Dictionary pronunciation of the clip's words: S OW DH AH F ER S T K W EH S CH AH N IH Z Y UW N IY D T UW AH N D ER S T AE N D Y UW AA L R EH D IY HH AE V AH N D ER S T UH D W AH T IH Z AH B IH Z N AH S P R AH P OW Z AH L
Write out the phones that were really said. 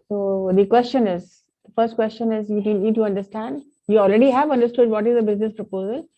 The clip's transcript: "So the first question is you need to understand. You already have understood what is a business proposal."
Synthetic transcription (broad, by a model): S OW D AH F ER S T K W EH S CH AH N IH Z Y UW N IY D T UW AH N D ER S T AE N D Y UW AA L R EH D IY HH AE V AH N D ER S T UH D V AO T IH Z AH B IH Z N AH S P R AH P OW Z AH L